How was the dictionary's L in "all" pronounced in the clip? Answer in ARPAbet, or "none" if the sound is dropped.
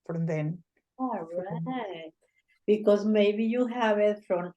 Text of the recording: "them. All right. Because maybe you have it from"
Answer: N